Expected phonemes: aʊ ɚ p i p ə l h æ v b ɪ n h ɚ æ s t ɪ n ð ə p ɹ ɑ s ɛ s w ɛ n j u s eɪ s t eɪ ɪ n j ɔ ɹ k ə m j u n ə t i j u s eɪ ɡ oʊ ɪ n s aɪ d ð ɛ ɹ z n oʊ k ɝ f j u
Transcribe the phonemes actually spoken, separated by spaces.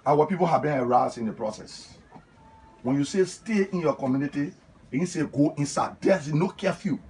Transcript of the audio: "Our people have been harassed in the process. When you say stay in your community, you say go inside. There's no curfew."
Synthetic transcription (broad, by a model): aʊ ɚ p i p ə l h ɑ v b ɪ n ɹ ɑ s ɪ n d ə p ɹ ɑ s ɛ s w ɛ n j u s eɪ s t eɪ ɪ n j ɔ k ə m j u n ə t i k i s eɪ ɡ oʊ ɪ n s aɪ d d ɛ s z n oʊ k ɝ f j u